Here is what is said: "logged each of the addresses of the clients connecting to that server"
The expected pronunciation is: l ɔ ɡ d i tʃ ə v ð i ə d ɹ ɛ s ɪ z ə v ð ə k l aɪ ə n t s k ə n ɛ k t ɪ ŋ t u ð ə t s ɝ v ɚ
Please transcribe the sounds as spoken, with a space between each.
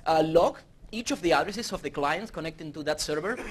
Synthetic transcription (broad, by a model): l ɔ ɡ i tʃ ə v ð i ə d ɹ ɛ s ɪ s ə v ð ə k l aɪ ə n t s k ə n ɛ k t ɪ t u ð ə t s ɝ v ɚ